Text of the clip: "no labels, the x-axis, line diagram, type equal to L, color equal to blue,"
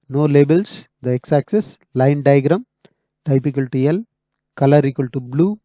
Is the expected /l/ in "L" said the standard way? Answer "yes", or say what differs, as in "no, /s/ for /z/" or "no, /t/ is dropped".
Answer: yes